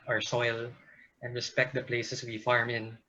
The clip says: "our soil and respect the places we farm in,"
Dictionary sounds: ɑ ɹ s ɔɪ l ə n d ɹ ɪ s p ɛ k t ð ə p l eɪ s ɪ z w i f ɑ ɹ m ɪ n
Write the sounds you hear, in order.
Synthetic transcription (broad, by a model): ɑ ɹ s ɔɪ l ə n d ɹ ɪ s p ɛ k t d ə p l eɪ s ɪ s w i f ɑ ɹ m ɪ n